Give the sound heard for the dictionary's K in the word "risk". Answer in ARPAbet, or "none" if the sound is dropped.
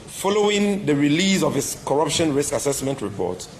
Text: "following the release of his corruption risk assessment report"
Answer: K